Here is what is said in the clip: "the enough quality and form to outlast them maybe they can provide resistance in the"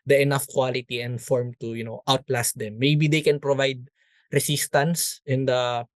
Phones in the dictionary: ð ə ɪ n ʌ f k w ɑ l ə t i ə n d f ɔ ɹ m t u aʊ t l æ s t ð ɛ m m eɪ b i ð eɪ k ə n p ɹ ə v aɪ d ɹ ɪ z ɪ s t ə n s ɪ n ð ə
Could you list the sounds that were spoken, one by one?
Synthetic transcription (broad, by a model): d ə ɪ n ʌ f k w ɑ l ə t i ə n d f ɔ ɹ m t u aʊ t l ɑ s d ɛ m m eɪ b i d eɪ k ə n p ɹ ə v aɪ d ɹ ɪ s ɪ s t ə n s ɪ n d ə